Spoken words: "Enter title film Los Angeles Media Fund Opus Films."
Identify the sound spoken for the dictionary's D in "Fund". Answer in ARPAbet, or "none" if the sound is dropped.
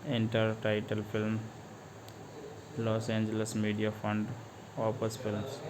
D